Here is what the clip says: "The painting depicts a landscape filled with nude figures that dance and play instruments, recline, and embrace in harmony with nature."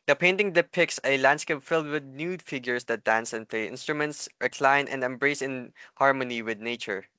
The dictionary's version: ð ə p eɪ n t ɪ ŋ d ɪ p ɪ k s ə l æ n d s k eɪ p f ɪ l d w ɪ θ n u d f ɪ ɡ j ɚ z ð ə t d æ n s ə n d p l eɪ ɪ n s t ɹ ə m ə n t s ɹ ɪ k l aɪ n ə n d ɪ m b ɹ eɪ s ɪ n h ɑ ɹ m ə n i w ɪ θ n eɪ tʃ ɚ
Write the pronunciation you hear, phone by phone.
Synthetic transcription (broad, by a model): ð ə p eɪ n t ɪ ŋ d ɪ p ɪ k s ə l æ n d s k eɪ p f ɪ l d w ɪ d n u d f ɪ ɡ j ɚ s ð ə t d æ n s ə n p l eɪ ɪ n s t ɹ ə m ə n t s ɹ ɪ k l aɪ n ə n d ɪ m b ɹ eɪ s ɪ n h ɑ ɹ m ə n i w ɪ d n eɪ tʃ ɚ